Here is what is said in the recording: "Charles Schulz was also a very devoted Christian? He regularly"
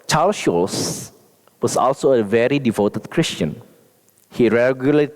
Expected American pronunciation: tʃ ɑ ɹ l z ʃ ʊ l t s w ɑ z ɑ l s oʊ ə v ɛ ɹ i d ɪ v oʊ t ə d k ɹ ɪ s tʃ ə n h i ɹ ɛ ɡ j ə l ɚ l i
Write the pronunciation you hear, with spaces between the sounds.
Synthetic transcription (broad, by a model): tʃ ɑ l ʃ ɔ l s w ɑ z ɑ l s oʊ ə v ɛ ɹ i d ɪ v oʊ t ə d k ɹ ɪ s tʃ ə n h i ɹ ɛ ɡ j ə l l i